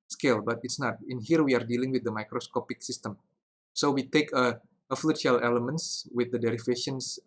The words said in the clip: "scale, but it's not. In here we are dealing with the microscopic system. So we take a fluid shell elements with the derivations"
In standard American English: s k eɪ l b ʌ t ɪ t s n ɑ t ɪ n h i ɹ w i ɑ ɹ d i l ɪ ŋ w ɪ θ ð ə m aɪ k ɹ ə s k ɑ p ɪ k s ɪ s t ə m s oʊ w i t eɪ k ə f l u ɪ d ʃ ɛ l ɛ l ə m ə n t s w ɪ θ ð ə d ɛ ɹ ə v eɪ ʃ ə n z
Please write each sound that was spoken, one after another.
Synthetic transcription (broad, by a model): s k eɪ l b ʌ t ɪ t s n ɑ t ɪ n h i ɹ w i ɑ ɹ d i l ɪ ŋ w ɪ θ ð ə m aɪ k ɹ ə s k ɑ p ɪ k s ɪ s t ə m s oʊ w i t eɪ k ə f l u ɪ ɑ l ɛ l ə m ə n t s w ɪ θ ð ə d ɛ ɹ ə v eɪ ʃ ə n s